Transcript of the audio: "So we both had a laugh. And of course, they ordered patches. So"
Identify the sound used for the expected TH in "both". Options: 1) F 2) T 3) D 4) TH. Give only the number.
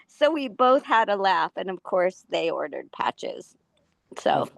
4